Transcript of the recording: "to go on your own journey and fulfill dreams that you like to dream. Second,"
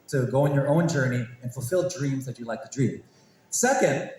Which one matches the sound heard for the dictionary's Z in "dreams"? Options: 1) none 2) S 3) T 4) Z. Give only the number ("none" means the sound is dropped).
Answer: 4